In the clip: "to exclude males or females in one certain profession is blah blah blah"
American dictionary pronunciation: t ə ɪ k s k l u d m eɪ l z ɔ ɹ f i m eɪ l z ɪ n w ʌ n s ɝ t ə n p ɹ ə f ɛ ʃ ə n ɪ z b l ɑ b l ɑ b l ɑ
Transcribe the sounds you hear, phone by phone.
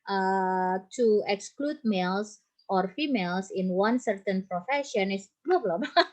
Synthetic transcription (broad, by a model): t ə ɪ k s k l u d m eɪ l s ɔ ɹ f i m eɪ l s ɪ n w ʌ n s ɝ t ə n p ɹ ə f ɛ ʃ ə n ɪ s b l ɑ b l ɑ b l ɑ